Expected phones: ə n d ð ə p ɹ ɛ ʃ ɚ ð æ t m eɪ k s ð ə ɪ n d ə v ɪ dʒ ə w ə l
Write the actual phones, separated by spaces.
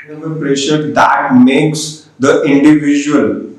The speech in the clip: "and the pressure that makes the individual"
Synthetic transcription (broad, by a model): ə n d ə p ɹ ɛ ʃ ɚ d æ t m eɪ k s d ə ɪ n d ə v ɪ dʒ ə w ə l